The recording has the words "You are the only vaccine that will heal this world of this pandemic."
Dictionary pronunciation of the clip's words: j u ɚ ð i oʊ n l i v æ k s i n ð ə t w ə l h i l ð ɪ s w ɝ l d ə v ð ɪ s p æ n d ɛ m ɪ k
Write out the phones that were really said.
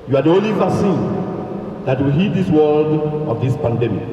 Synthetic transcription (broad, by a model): j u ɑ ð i oʊ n l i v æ s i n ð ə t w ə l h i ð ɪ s w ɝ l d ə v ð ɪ s p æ n d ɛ m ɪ k